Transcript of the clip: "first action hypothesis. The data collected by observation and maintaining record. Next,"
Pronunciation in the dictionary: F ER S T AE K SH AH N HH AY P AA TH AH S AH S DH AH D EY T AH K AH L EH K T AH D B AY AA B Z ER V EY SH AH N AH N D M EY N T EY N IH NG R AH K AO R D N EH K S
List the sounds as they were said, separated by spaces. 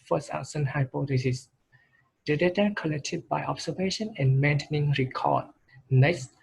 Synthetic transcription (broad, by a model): F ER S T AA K S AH N HH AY P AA T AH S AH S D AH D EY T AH K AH L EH K T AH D B AY AA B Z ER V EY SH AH N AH N M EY N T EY N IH NG R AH K AO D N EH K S